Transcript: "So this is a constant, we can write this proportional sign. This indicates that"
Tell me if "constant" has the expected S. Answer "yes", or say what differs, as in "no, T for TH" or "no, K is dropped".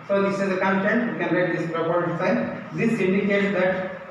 no, S is dropped